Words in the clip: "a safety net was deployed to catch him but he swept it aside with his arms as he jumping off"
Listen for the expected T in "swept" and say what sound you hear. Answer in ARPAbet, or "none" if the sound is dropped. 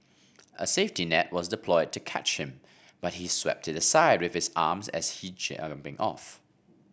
T